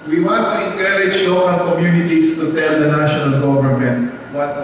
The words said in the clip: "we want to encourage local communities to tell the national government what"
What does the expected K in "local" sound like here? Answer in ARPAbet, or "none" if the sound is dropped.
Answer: none